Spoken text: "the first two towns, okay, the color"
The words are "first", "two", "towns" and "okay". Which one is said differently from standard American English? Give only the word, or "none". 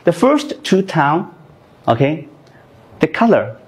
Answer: towns